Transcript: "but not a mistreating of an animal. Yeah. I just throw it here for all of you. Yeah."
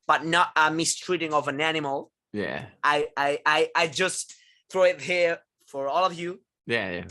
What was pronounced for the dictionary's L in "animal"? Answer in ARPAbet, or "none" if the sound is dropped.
L